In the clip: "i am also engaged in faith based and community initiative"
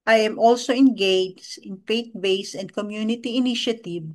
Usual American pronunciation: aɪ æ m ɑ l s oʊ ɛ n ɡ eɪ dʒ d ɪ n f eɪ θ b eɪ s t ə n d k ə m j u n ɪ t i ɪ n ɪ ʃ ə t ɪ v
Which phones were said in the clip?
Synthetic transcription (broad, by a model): aɪ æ m ɑ l s oʊ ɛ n ɡ eɪ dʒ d ɪ n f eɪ t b eɪ s ə n d k ə m j u n ɪ t i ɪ n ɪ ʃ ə t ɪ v